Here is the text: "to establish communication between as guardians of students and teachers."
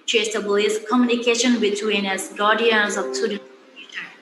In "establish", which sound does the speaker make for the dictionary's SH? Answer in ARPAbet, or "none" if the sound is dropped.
S